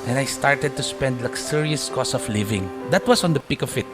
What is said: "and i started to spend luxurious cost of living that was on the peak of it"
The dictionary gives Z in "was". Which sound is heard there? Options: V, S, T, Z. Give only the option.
S